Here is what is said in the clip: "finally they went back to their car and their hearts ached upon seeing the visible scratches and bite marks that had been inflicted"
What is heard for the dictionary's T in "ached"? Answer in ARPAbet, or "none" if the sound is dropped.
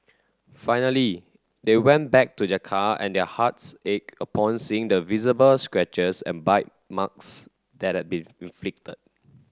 none